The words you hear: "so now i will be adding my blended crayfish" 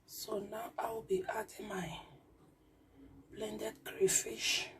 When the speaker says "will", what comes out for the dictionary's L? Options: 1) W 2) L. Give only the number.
1